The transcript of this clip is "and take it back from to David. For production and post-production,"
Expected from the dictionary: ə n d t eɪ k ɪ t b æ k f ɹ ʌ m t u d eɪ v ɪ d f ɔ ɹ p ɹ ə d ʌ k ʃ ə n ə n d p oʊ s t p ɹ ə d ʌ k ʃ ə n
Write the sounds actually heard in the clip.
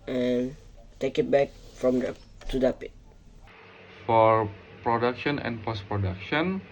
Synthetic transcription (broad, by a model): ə n t eɪ k ɪ t b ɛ k f ɹ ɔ m t u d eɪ p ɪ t f ɔ ɹ p ɹ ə d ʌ k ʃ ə n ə n p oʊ s p ɹ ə d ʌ k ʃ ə n